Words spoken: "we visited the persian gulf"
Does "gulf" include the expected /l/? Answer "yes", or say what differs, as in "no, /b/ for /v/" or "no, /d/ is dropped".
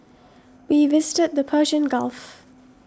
yes